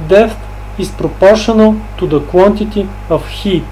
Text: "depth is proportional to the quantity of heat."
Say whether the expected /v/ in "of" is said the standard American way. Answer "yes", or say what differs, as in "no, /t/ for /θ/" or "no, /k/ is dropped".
no, /f/ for /v/